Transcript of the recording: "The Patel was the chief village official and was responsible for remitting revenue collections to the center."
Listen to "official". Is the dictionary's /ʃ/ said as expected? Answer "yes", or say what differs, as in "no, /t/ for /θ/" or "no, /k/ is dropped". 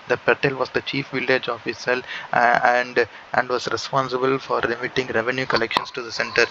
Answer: no, /s/ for /ʃ/